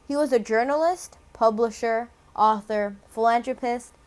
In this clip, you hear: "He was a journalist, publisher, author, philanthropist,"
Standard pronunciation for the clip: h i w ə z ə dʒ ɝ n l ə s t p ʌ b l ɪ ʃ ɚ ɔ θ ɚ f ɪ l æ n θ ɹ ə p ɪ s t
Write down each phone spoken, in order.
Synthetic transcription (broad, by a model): h i w ə z ə dʒ ɝ n l ə s t p ʌ b l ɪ ʃ ɚ ɔ θ ɚ f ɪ l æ n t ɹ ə p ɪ s t